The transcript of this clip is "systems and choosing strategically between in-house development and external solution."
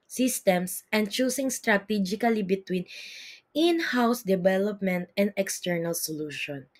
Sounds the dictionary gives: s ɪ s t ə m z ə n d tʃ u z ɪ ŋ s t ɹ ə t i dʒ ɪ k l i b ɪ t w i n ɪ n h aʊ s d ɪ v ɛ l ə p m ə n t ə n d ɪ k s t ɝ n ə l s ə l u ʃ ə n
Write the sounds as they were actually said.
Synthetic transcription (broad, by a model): s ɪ s t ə m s ə n d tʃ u s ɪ ŋ s t ɹ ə t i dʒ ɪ k l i b ɪ t w i n ɪ n h aʊ s d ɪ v ɛ l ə p m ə n t ə n d ɪ k s t ɝ n ə l s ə l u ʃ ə n